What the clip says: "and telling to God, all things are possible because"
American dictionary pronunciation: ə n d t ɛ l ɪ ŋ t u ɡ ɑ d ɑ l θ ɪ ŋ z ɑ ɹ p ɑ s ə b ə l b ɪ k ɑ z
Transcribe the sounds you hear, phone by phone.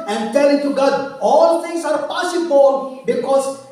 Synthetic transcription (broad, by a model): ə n d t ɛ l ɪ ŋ t u ɡ ɑ d ɑ l t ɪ ŋ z ɑ ɹ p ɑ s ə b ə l b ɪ k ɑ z